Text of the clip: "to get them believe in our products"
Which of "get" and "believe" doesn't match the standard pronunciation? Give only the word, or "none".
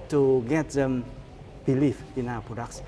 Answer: believe